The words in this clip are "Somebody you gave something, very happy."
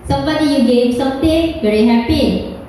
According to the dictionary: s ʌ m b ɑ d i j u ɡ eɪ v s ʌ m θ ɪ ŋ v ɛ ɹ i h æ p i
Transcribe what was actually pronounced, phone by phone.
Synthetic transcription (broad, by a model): s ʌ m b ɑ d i j u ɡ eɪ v s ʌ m t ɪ v ɛ ɹ i h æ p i